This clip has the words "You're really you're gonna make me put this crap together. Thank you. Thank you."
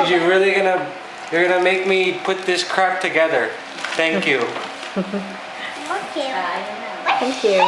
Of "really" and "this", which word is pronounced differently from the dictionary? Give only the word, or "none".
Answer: really